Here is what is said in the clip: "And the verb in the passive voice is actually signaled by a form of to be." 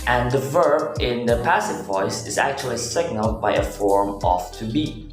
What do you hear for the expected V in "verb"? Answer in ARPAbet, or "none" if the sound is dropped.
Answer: V